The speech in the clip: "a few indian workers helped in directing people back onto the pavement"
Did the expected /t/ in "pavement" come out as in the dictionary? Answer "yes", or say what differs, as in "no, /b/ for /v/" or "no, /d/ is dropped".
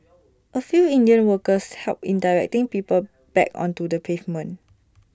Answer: no, /t/ is dropped